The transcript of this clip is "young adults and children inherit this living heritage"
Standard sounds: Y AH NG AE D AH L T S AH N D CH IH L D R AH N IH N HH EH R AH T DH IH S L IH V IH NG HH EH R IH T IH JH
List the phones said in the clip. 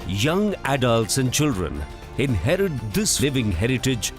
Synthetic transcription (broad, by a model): Y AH NG AE D AH L T S AH N D CH IH L D R AH N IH N HH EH R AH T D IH S L IH V IH NG HH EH R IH T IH JH